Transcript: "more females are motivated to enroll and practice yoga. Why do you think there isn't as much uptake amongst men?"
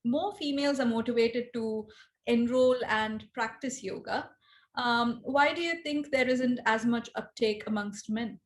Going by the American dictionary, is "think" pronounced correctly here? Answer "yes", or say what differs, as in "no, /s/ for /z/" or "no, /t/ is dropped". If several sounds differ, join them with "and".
no, /t/ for /θ/